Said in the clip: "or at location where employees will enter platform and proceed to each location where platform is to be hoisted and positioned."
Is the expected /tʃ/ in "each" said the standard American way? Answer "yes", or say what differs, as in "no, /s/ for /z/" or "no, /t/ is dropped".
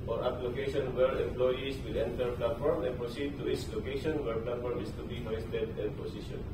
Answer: no, /s/ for /tʃ/